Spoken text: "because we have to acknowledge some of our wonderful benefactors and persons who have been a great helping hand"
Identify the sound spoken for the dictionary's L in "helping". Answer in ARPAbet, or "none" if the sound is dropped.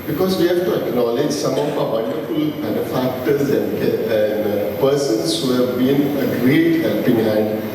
none